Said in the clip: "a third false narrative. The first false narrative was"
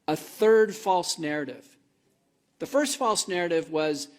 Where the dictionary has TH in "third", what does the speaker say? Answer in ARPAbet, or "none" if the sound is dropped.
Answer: TH